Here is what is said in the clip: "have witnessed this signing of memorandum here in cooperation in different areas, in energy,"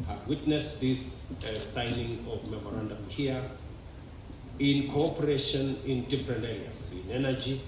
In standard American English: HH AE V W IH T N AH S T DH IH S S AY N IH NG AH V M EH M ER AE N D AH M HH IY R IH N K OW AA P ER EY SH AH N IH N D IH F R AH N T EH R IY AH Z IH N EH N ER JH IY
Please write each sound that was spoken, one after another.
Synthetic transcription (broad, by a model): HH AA W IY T N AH S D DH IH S S AY N IH NG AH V M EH M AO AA N D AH M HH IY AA IH N K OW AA P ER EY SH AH N IH N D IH P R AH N EH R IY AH S IH N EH N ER JH IY